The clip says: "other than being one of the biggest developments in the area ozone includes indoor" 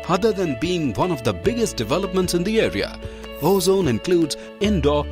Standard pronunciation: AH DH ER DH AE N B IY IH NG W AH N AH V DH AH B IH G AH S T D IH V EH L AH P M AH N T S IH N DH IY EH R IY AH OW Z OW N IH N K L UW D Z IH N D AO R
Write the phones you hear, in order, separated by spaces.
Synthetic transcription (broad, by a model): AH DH ER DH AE N B IY IH NG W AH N AH V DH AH B IH G AH S T D IH V EH L AH P M AH N T S IH N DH IY EH R IY AH OW Z OW N IH N K L UW D Z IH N D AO